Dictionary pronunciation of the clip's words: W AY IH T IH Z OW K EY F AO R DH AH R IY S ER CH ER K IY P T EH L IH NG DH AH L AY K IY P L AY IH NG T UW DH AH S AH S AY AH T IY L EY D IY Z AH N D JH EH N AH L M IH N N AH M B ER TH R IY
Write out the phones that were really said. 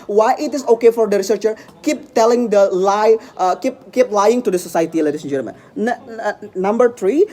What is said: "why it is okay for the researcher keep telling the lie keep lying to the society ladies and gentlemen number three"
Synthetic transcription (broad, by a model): W AY IH T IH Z OW K EY F AO R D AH R IY S ER CH ER K IY P T EH L IH NG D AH L AY K IY P L AY IH NG T UW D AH S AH S AY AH T IY L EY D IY S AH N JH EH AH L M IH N N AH M B ER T R IY